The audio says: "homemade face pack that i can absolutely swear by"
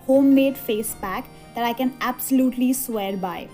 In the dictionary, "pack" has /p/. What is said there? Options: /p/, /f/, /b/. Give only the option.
/b/